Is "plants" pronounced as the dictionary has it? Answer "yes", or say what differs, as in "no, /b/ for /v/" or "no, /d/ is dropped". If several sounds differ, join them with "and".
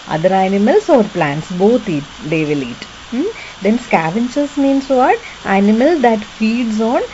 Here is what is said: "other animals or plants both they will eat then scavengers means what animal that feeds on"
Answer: yes